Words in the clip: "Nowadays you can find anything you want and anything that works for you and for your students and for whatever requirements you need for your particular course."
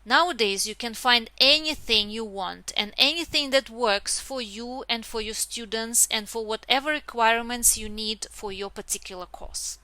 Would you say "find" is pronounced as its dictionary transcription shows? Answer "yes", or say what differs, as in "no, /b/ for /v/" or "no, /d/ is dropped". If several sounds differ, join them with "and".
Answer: yes